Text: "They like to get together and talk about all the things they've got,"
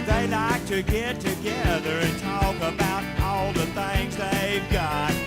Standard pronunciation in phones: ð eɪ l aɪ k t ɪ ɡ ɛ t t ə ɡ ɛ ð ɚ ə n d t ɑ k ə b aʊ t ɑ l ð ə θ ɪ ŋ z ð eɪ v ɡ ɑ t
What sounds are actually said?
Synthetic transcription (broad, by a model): ð eɪ l aɪ k t ɪ ɡ ɛ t t ə ɡ ɛ ð ɚ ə n t ɑ k ə b aʊ t ɑ l ð ə θ ɪ ŋ z ð eɪ v ɡ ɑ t